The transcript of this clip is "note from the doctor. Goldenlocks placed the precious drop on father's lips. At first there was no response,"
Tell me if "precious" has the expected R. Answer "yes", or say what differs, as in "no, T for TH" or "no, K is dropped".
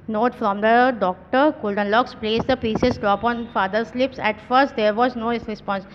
no, R is dropped